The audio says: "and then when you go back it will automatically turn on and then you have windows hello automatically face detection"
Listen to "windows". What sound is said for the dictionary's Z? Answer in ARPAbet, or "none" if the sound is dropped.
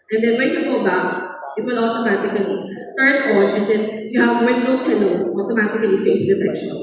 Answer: S